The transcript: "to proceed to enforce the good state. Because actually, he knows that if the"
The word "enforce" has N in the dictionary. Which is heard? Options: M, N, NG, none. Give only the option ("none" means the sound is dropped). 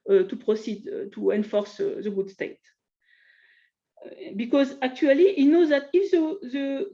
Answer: N